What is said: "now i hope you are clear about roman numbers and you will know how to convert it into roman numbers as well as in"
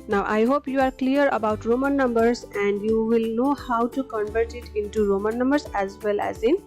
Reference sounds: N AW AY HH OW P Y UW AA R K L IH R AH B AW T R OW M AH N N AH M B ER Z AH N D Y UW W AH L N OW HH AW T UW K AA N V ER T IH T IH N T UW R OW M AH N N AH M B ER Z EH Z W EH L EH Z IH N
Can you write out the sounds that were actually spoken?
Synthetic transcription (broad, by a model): N AW AY HH OW P Y UW AA R K L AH R AH B AW T R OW M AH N N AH M B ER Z AH N D Y UW W AH L N OW HH AW T UW K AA N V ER T IH T IH N T UW R OW M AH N N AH M B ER S EH Z W EH L EH Z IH N